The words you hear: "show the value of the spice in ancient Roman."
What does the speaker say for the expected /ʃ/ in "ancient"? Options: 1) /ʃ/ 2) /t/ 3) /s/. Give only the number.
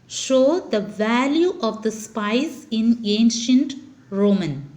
1